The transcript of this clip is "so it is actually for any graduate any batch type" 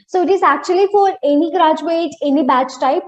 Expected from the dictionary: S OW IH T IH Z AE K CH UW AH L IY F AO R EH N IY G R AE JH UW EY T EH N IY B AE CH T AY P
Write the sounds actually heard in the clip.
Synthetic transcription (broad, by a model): S OW IH T IH Z AE K CH UW AH L IY F AO R EH N IY G R AE JH UW EY T EH N IY B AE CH T AY P